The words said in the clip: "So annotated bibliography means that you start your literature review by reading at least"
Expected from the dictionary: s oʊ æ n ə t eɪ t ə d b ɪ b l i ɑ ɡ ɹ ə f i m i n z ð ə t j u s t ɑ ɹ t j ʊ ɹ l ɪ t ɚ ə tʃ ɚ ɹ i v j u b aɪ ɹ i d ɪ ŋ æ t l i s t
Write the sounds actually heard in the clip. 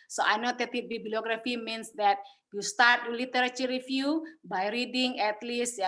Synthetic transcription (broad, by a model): s oʊ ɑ n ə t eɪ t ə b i b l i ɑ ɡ ɹ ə f i m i n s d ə t j u s t ɑ ɹ t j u l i t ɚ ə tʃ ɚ ɹ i f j u b aɪ ɹ i d ɪ ŋ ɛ t l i s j